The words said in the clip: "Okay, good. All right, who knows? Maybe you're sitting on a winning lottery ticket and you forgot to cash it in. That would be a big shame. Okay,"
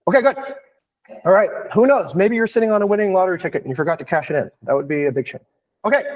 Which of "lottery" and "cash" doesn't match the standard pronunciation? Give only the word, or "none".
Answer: none